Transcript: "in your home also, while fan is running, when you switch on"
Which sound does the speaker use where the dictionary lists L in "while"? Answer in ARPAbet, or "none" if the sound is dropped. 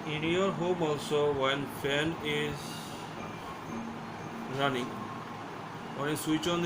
N